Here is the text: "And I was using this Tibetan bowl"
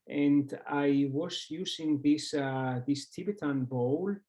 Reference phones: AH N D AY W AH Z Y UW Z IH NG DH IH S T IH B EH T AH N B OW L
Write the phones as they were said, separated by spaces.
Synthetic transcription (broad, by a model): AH N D AY W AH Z Y UW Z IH NG DH IH S T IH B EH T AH N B OW L